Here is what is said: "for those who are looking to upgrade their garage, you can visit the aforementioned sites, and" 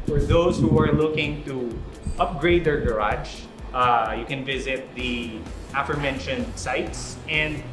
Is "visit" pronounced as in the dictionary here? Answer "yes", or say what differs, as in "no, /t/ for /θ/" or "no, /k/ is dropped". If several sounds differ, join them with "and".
yes